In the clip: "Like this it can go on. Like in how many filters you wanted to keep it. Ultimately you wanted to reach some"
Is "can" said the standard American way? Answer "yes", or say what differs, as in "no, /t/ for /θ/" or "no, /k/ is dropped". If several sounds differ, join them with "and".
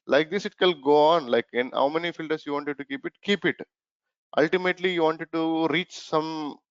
no, /l/ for /n/